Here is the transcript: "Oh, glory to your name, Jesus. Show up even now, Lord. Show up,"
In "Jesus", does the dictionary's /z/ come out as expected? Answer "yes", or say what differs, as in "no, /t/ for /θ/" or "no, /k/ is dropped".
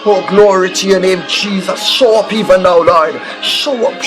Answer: yes